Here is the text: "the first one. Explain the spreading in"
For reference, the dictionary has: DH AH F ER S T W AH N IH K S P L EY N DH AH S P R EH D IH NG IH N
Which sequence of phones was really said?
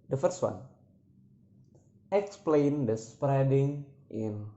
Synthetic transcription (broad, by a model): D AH F ER S T W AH N IH K S P L EY N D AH S P R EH D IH NG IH N